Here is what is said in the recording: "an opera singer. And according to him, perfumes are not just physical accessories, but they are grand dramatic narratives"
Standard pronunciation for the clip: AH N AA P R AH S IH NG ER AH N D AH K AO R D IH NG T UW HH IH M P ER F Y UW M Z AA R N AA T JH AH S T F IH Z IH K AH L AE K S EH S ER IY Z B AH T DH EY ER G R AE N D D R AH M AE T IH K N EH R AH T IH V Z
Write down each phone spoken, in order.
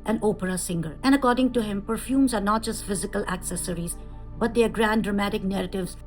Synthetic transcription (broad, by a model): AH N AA P R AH S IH NG ER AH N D AH K AO R D IH NG T UW HH IH M P ER F Y UW M Z AA R N AA T JH AH S T F IH Z IH K AH L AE K S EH S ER IY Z B AH T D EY ER G R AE N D D R AH M AE T IH K N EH R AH T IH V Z